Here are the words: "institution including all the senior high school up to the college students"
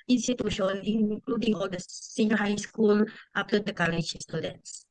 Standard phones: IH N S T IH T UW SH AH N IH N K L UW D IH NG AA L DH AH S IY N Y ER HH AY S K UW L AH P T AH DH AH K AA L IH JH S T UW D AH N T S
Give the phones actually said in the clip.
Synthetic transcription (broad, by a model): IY N S T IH T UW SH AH N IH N K L UW D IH NG AA L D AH S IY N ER HH AY S K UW L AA F T AH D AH K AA L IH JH S T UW D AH N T S